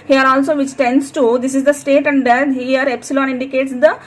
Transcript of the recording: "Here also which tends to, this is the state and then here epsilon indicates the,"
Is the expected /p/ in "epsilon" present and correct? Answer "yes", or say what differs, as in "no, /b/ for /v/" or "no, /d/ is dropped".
yes